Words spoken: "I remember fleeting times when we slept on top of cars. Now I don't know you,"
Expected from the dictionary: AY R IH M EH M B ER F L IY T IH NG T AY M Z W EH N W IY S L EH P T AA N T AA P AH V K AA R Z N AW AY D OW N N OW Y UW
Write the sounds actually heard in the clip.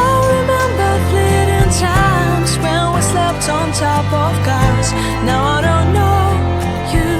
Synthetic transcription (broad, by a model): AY R IH M EH M B ER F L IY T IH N T AY M Z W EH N W IY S L EH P T N T AA P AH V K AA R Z N AW AY D OW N N OW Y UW